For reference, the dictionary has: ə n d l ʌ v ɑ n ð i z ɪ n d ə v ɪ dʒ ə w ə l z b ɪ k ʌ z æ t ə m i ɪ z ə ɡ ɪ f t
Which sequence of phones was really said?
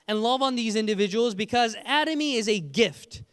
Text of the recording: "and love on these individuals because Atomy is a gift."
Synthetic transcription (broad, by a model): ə n l ʌ v n ð i z ɪ n d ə v ɪ dʒ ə w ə l z b ɪ k ʌ z æ t ə m i ɪ z ə ɡ ɪ f t